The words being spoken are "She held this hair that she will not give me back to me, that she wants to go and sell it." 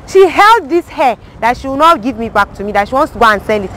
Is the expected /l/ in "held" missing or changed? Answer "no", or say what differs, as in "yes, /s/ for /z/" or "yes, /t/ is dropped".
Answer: no